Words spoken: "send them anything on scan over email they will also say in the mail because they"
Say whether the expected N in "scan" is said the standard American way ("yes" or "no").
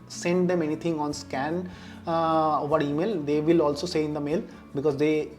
yes